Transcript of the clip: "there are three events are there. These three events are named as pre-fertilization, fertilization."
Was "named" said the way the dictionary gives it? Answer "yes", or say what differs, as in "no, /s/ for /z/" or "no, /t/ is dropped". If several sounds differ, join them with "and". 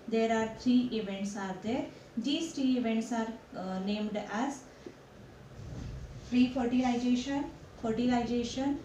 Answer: yes